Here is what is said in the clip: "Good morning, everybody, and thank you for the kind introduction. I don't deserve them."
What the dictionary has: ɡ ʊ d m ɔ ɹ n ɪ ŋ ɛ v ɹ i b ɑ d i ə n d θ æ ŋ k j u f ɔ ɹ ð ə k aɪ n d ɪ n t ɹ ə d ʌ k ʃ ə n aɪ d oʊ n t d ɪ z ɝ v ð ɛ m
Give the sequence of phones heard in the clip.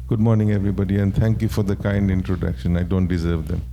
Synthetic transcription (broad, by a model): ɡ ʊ d m ɔ ɹ n ɪ ŋ ɛ v ɹ i b ɑ d i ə n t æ ŋ k j u f ɔ ɹ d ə k aɪ n d ɪ n t ɹ ə d ʌ k ʃ ə n aɪ d oʊ n t d ɪ z ɝ v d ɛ m